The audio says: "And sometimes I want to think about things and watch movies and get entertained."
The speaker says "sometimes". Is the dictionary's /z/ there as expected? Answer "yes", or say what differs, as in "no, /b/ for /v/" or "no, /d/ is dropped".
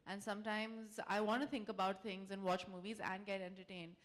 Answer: yes